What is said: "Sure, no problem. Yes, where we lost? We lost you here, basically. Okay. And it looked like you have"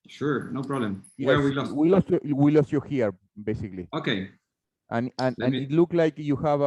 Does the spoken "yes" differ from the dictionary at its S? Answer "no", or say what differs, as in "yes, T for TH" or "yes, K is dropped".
yes, S is dropped